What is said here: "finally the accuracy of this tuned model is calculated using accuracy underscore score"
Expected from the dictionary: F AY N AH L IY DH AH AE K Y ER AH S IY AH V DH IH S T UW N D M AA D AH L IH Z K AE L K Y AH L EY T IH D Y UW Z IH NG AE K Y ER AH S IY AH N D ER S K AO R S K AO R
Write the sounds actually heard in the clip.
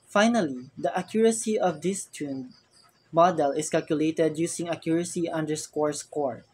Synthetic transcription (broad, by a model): F AY N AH L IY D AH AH K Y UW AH S IY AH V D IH S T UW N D M AA D AH L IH S K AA L K Y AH L EY T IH D Y UW S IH NG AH K Y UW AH S IY AH N D ER S K AO R S K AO R